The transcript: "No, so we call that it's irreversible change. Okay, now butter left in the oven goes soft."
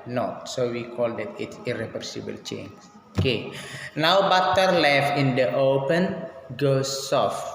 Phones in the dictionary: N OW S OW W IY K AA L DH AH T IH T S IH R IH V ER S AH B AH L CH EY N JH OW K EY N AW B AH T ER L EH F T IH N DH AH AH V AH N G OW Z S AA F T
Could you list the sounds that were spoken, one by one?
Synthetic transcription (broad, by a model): N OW S OW W IY K AA L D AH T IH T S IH R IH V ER S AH B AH L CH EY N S OW K EY N AW B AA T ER L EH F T IH N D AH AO P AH N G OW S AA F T